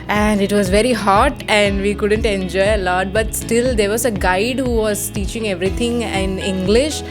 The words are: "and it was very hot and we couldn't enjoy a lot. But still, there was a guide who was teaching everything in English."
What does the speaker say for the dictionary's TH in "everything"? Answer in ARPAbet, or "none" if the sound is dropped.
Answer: T